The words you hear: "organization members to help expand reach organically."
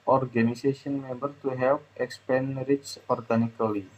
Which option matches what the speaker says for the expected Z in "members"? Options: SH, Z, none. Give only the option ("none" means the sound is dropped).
none